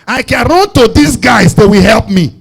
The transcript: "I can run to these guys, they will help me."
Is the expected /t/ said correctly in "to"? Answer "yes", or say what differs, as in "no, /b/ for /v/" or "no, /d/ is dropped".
yes